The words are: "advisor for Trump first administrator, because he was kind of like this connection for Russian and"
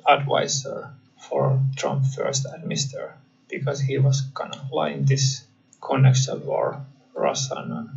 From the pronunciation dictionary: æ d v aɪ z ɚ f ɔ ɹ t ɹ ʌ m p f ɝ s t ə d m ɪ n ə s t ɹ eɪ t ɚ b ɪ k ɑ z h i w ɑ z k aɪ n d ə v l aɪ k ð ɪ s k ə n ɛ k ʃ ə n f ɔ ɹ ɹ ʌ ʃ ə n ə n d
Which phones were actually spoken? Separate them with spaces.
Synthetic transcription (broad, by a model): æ d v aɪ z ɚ f ɔ ɹ t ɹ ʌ m p f ɝ s t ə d m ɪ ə s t t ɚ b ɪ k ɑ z h i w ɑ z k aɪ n ə l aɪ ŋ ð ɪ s k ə n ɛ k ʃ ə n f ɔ ɹ ɹ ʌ s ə n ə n